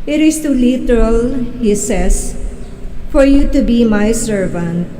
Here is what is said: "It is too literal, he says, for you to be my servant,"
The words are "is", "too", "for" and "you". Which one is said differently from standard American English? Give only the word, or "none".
is